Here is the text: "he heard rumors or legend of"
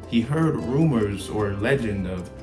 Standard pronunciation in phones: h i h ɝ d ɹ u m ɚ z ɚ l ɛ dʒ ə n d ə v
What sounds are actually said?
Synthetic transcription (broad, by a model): h i h ɝ d ɹ u m ɚ z ɚ l ɛ dʒ ə n d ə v